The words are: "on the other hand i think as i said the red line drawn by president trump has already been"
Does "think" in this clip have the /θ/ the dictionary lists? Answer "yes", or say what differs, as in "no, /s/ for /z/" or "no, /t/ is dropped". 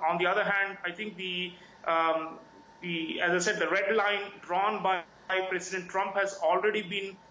no, /t/ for /θ/